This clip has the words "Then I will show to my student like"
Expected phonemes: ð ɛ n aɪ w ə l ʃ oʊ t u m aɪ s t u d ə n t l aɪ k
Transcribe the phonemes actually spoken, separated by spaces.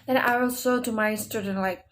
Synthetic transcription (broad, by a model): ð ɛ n aɪ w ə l s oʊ t u m aɪ s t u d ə n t l aɪ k